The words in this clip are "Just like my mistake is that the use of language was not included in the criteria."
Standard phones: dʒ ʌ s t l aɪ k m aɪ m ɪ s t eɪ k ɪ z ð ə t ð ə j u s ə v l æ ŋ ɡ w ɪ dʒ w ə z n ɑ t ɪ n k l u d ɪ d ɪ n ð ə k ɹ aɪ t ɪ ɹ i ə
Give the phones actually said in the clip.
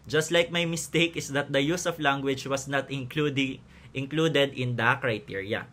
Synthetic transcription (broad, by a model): dʒ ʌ s t l aɪ k m aɪ m ɪ s t eɪ k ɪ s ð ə t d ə j u s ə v l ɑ ŋ ɡ w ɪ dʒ w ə s n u t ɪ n k l u d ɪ d ɪ n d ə k ɹ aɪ t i ɹ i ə